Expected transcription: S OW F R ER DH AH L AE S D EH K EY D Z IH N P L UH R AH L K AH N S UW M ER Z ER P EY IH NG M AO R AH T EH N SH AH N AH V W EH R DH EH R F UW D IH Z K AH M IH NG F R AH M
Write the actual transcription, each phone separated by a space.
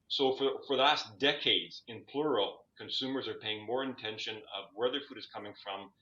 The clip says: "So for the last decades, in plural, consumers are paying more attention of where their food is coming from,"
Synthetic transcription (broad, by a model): S OW F R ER DH AH L AE S D EH K EY D Z IH N P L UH R L K AH N S UW M ER Z ER P EY IH NG M AO R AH T EH N SH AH N AH V W EH R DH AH R F UW D IH Z K AH M IH NG F R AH M